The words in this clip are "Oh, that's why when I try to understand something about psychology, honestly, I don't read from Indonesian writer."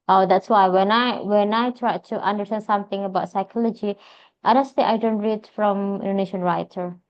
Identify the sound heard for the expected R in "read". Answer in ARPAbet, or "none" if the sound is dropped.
R